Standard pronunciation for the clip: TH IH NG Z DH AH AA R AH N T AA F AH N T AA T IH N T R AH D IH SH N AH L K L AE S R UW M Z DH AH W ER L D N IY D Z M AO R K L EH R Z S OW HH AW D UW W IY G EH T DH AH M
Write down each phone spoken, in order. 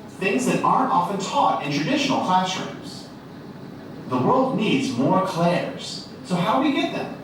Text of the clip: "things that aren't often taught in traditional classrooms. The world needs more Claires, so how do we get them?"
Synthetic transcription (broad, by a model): TH IH NG Z DH AH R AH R AA F AH N T AA T IH N T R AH D IH SH N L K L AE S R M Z DH AH W ER L D N IY D Z M AO R K L EH R Z S OW HH AW D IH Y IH G EH T DH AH M